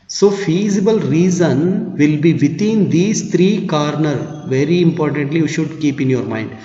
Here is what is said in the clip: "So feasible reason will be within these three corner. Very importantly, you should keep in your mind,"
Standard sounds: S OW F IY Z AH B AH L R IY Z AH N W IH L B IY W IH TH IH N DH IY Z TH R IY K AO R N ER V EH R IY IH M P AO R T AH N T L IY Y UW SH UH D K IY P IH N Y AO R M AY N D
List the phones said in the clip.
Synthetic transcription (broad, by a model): S OW F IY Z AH B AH L R IY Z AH N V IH L B IY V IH T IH N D IY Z T R IY K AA R N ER V EH R IY IH M P AO R T AH N T L IY Y UW SH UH D K IY P IH N Y AO R M AY N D